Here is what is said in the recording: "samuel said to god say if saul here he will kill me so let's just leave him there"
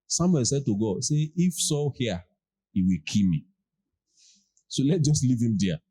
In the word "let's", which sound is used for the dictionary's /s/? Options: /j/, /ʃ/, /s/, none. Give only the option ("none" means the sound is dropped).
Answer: none